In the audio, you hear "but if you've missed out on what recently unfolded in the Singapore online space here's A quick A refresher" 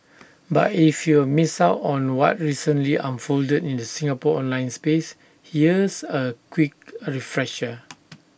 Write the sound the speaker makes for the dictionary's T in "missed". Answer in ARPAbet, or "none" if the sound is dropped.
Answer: none